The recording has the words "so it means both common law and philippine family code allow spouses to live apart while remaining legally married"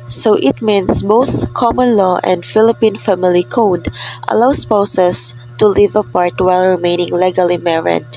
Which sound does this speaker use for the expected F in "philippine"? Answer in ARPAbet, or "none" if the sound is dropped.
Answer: F